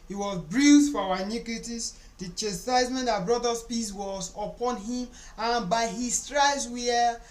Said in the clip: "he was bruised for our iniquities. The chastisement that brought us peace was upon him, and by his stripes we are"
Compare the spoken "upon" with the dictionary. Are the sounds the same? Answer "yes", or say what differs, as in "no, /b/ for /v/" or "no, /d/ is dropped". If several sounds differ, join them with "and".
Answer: yes